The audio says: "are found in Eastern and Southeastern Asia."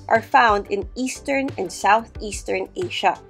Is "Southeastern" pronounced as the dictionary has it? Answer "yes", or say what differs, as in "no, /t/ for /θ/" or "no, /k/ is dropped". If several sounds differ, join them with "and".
yes